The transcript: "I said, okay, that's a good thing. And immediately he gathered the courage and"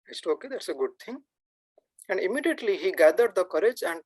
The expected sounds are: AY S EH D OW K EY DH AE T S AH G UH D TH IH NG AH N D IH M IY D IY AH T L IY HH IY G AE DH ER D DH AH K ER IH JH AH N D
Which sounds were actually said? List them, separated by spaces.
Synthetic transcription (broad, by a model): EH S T OW K EY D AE T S AH G UH D T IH NG AH N D IH M IY D IY AH T L IY HH IY G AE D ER D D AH K ER IH JH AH N D